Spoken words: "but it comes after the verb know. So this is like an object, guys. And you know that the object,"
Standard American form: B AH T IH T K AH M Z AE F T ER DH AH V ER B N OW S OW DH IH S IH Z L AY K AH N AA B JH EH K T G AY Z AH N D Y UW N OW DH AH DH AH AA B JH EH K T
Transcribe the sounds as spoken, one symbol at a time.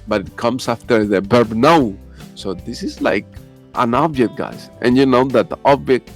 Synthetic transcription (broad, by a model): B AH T IH T K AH M S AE F T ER DH AH B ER B N OW S OW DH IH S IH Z L AY K AH N AA B JH EH K T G AY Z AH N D Y UW N OW DH AH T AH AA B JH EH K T